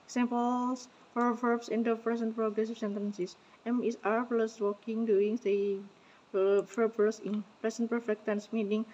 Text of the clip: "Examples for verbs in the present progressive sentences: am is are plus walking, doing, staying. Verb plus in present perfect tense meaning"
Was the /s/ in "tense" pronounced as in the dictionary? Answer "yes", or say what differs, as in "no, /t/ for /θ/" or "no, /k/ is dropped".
yes